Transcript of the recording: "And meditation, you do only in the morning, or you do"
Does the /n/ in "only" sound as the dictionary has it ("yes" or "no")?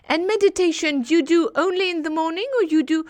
yes